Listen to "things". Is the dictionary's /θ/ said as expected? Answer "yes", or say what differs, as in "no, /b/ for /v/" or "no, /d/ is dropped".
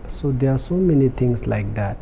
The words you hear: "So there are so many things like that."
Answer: no, /t/ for /θ/